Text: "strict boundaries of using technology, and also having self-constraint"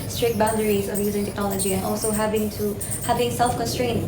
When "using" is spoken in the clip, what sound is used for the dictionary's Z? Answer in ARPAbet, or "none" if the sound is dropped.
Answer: Z